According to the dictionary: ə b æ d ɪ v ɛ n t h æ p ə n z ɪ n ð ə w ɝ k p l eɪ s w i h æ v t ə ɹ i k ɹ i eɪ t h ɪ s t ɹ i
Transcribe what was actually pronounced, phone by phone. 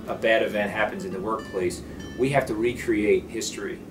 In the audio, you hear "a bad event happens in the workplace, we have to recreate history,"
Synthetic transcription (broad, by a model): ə b æ d ɪ v ɛ n t h æ p ə n z ɪ n ð ə w ɝ k p l eɪ s w i h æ f t ə ɹ i k ɹ i eɪ t h ɪ s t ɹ i